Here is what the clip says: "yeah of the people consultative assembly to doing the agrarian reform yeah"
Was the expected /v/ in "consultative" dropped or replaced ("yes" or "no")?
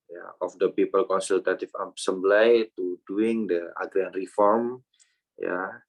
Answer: yes